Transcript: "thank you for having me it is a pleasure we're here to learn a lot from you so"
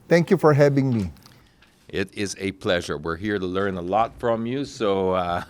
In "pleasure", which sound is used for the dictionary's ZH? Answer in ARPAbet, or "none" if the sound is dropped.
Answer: ZH